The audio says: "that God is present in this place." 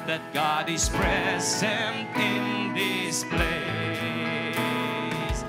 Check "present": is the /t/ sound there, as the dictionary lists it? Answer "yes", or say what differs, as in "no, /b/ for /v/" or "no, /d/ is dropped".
yes